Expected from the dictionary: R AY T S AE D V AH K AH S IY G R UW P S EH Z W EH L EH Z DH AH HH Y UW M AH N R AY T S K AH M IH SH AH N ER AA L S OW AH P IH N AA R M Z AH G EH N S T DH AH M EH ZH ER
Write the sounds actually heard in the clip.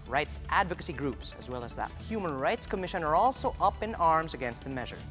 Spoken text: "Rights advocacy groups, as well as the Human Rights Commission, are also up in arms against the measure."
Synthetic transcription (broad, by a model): R AY T S AE D V AH K AH S IY G R UW P S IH Z W EH L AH Z DH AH HH Y UW M AH N R AY T S K AH M IH SH AH N ER AA L S OW AH P IH N AA R M Z AH G EH N S T DH AH M EH ZH ER